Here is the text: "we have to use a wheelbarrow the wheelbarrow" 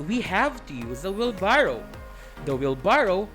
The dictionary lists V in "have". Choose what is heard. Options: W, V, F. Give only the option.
V